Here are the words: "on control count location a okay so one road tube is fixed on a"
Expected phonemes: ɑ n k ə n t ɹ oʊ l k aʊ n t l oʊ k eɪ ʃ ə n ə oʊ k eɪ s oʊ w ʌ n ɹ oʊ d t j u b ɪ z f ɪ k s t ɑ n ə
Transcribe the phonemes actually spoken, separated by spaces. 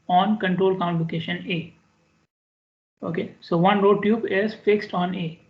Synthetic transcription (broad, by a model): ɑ n k ə n t ɹ oʊ l k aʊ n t l oʊ k eɪ ʃ ə n ə oʊ k eɪ s oʊ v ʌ n ɹ oʊ d t j u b ɪ z f ɪ k s t ɑ n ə